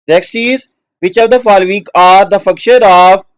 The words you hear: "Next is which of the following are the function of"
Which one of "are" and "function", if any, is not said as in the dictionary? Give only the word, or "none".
function